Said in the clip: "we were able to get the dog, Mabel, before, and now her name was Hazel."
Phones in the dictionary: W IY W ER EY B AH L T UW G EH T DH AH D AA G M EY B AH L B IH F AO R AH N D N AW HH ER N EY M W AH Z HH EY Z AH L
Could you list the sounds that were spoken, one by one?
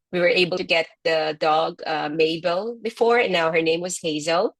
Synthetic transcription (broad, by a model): W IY W ER EY AH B T UW G EH T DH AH D AA G M EY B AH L B IH F AO R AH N N AW HH ER N EY M W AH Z HH EY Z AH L